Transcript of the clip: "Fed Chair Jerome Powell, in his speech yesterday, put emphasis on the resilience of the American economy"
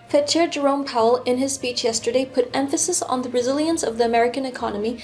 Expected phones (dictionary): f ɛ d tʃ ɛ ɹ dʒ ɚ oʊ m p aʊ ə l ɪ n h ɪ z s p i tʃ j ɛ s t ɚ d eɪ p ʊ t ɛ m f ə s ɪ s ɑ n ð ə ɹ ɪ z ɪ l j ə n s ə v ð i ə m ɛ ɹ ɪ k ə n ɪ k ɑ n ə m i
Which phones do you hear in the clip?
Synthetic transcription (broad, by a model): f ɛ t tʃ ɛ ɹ dʒ ɚ oʊ m p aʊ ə l ɪ n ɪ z s p i tʃ j ɛ s t ɚ d eɪ p ʊ t ɛ m f ə s ɪ s n ð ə ɹ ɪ z ɪ l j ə n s ə v ð i ə m ɛ ɹ ɪ k ə n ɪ k ɑ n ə m i